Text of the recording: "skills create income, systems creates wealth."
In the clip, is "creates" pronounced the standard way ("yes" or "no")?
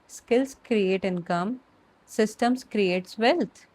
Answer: yes